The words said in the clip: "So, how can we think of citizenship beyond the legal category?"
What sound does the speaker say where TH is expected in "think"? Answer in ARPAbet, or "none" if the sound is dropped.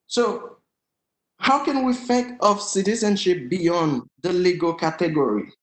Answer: F